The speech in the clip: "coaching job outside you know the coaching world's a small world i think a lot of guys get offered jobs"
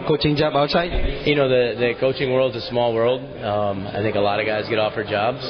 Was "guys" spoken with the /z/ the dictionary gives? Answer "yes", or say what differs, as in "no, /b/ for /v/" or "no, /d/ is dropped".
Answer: yes